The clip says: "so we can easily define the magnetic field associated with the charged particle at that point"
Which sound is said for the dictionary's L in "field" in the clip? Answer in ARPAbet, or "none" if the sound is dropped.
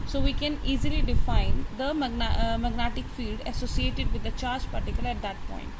L